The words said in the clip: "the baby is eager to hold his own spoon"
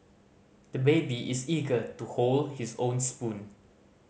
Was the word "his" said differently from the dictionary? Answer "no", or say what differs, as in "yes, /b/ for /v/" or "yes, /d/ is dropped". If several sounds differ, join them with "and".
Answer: yes, /s/ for /z/